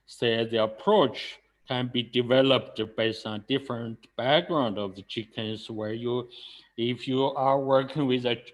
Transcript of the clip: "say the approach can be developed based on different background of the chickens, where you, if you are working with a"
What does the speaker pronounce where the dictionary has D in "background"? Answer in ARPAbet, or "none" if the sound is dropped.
D